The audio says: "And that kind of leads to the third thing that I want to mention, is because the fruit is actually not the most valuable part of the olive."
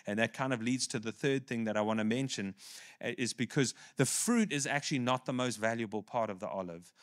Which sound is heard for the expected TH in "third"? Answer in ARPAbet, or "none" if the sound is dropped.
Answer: TH